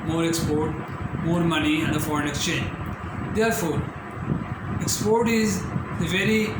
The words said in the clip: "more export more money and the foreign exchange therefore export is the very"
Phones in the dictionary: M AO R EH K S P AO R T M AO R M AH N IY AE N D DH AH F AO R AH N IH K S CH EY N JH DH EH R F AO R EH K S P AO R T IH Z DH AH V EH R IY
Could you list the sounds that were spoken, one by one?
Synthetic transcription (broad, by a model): M AO R EH K S P AO R T M AO R M AH N IY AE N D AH F AO R AH N IH K S CH EY N JH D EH R F AO R EH K S P AO R T IH Z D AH V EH R IY